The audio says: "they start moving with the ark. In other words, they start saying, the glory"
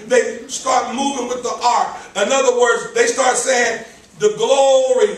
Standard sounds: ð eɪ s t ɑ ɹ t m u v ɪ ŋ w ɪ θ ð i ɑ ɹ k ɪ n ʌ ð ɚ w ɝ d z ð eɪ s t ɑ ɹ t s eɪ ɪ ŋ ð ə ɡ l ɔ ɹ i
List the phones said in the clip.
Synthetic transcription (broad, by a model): ð eɪ s t ɑ ɹ t m u v ɪ ŋ w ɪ ð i ɑ ɹ k ɪ n ʌ ð ɚ w ɝ d z ð eɪ s t ɑ ɹ t s eɪ ɪ ŋ ð ə ɡ l ɔ ɹ i